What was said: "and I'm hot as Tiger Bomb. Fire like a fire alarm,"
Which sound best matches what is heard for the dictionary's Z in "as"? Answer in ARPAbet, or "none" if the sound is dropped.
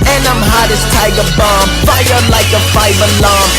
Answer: S